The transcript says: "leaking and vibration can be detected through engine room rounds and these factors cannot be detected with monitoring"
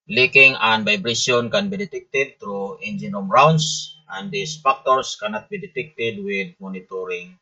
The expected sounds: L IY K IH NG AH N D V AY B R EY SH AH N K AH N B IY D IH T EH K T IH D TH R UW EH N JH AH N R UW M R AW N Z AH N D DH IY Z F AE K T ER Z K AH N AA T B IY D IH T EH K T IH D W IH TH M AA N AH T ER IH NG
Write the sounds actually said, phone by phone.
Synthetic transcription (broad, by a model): L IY K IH NG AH N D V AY B R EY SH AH N K AH N B IY D IH T EH K T IH D T R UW EH N JH AH N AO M R AW N S AH N D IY S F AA K T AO S K AH N AA T B IY D IH T EH K T IH D W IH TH M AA N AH T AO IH NG